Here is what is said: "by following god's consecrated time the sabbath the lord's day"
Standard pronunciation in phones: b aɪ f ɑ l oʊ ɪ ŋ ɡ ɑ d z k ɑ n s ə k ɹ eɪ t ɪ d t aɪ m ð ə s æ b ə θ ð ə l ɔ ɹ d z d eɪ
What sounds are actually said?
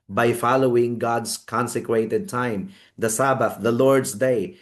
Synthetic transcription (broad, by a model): b aɪ f ɑ l oʊ ɪ ŋ ɡ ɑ d s k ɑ n s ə k w eɪ t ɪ d t aɪ m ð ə s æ b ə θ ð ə l ɔ ɹ d s d eɪ